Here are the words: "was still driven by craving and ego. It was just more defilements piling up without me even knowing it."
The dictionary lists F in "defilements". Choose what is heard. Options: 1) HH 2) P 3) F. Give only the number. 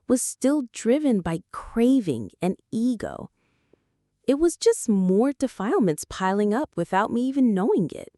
3